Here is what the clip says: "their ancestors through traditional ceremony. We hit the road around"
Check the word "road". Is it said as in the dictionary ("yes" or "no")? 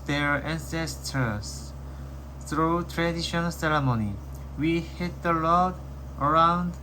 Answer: no